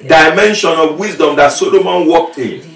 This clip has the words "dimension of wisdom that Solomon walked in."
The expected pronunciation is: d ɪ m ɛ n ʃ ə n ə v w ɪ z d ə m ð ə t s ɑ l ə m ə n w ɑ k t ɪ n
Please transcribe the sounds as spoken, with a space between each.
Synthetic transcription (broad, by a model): d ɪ m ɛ n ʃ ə n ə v w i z d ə m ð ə t s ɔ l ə m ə n w ɑ k t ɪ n